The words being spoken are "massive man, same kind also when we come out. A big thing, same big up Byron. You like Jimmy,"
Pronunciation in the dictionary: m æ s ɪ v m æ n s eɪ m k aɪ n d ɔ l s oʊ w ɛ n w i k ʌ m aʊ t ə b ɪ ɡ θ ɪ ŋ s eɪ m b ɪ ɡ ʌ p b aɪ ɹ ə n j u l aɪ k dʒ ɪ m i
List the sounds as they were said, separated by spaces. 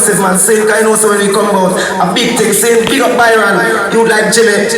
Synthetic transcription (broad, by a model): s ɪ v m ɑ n s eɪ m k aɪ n ɔ s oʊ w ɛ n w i k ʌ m aʊ t ə b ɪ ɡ t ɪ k s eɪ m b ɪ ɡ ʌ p b aɪ ɹ ə n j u l aɪ k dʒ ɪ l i